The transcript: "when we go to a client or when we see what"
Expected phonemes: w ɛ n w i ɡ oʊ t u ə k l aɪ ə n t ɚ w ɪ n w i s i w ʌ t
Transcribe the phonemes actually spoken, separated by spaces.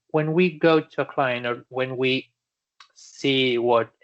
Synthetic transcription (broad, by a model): w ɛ n w i ɡ oʊ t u ə k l aɪ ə n ɚ w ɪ n w i s i w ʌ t